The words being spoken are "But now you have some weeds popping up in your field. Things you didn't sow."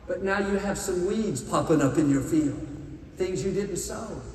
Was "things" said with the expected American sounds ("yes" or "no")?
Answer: yes